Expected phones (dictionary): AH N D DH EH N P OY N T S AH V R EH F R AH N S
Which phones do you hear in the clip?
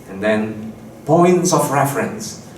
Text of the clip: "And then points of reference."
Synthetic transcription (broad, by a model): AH N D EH N P OY N T S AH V R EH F R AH N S